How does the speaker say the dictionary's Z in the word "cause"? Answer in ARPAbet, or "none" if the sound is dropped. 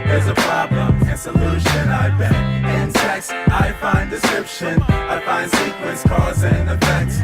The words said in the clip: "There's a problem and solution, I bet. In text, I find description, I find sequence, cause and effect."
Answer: Z